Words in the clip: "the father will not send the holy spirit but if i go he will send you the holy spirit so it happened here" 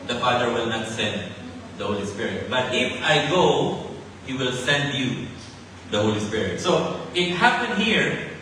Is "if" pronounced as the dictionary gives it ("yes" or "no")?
yes